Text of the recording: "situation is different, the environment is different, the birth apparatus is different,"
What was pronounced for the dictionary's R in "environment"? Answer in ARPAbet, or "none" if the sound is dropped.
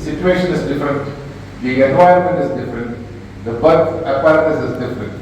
none